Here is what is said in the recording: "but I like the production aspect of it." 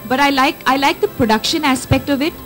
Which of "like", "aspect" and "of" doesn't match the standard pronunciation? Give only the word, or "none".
none